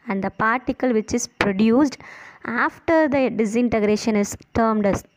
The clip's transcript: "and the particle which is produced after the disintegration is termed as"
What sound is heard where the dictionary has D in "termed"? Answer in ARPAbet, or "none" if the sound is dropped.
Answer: D